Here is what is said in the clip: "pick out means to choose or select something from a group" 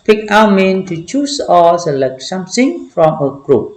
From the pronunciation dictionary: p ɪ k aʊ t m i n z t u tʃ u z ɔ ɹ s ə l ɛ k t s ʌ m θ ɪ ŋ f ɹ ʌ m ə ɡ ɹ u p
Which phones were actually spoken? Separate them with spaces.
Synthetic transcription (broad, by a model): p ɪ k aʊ m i n t u tʃ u s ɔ l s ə l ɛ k s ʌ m s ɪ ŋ f ɹ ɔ m ə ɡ ɹ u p